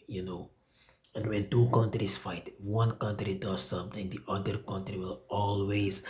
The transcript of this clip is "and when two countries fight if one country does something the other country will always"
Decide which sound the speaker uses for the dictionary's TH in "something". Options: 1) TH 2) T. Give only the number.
2